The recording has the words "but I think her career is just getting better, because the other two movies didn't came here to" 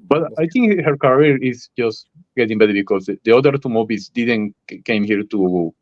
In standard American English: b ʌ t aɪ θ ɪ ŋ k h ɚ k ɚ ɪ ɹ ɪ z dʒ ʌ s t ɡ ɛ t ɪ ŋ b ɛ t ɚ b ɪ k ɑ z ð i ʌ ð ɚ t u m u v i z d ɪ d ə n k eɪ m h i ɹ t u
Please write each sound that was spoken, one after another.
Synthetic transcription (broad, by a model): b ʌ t aɪ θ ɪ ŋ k h ɚ k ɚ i ɹ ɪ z dʒ ʌ s t ɡ ɛ t ɪ ŋ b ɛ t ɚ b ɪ k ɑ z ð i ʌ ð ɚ t u m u b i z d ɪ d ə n k eɪ m h i ɹ t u